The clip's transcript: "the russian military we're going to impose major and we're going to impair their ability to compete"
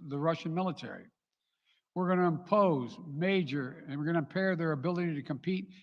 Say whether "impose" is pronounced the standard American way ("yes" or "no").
yes